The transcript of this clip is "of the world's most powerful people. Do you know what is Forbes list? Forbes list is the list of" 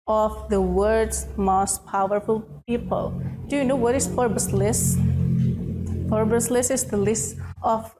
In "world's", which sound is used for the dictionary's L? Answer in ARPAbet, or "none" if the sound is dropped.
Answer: none